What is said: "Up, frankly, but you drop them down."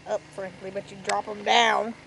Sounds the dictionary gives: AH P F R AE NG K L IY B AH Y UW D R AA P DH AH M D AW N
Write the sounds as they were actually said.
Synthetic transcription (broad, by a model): AH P F R AE NG K L IY B AH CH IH D R AA P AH M D AW N